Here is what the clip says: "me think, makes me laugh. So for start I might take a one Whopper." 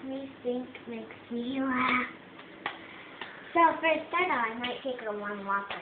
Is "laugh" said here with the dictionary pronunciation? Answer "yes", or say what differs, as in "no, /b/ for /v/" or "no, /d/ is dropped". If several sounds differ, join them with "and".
no, /p/ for /f/